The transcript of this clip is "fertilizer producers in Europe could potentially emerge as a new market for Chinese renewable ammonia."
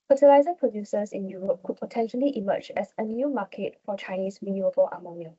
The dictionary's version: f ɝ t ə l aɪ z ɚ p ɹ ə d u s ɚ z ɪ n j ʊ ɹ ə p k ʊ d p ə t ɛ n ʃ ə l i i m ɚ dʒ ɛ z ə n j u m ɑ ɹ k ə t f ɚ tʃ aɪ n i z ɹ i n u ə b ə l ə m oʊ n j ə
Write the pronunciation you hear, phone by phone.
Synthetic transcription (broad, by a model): f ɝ t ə l aɪ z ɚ p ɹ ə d u s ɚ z ɪ n j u ɹ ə p k ʊ d p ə t ɛ n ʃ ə l i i m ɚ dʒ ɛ s ə n j u m ɑ k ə t f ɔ tʃ aɪ n i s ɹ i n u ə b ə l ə m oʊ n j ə